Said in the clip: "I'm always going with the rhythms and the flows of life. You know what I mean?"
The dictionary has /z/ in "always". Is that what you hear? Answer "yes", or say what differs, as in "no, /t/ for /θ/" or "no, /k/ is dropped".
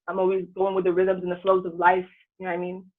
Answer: yes